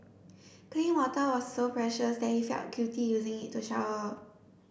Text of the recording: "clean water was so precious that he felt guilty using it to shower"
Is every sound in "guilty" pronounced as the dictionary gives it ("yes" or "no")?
no